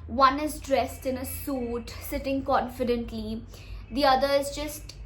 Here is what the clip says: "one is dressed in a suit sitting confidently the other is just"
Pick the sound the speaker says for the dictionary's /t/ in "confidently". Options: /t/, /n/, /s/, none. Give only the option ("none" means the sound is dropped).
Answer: /t/